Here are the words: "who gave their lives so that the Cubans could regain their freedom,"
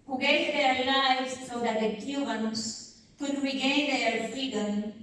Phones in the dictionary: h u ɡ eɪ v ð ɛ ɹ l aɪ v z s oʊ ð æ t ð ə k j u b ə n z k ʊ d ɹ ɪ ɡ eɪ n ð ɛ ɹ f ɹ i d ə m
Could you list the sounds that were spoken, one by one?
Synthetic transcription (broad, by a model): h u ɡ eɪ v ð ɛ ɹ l aɪ z s oʊ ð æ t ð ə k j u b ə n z k ʊ d ɹ ɪ ɡ eɪ n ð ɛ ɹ f ɹ i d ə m